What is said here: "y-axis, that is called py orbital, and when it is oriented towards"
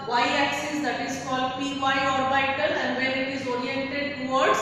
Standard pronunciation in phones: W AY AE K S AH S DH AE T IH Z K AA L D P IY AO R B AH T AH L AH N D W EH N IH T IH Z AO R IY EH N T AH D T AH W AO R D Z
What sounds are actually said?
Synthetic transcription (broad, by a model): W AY AE K S AH S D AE T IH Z K AA L D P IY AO R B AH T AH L AH N D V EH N IH T IH Z AO R IY EH N T AH D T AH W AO R D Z